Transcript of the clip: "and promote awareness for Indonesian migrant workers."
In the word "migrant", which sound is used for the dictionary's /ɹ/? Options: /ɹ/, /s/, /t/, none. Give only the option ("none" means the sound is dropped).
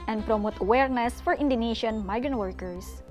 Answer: /ɹ/